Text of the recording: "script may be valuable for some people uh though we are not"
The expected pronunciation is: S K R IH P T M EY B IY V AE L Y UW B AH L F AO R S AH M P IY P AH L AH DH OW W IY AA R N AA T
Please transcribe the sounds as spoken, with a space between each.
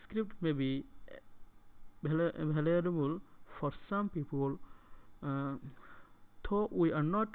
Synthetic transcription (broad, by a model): S K R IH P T M EY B IY B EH L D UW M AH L F AO R S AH M P IY P AH L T OW W IY AA R N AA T